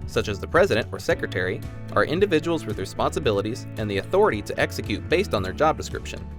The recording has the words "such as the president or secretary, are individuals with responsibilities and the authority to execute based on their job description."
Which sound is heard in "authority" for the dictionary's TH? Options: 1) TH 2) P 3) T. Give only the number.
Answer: 1